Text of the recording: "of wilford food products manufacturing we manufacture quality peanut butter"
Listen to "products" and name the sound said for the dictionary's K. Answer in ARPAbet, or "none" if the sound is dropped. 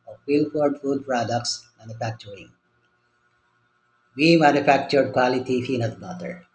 K